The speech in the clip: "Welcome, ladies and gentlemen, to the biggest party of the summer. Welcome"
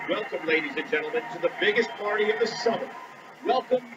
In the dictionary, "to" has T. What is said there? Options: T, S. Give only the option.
T